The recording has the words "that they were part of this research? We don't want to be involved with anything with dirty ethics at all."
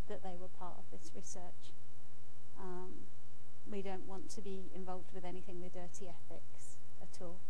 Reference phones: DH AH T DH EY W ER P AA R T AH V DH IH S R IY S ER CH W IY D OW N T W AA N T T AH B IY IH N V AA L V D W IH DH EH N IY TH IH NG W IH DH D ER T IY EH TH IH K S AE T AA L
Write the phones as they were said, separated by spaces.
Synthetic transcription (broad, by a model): DH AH T DH EY W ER P AA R T AH V DH IH S R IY S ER CH W IY D OW N T W AA N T T AH B IY IH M V AA L V D W IH DH EH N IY TH IH NG W IH DH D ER T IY EH TH IH K S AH T AA L